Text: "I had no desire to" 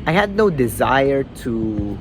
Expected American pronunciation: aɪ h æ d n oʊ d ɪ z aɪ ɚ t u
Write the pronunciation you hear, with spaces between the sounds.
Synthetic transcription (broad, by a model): aɪ h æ d n oʊ d ɪ z aɪ ɚ t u